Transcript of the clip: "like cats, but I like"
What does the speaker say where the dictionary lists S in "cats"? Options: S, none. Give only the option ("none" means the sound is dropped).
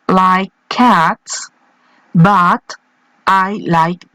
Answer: S